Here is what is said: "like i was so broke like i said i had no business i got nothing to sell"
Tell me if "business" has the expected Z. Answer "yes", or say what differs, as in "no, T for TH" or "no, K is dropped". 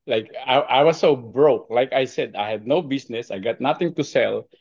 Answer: no, S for Z